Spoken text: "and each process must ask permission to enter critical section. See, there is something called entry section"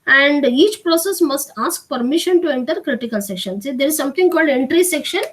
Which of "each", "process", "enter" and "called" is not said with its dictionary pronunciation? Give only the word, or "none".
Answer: none